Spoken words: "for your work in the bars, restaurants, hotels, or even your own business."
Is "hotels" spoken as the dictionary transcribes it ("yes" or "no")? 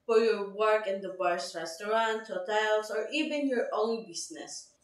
no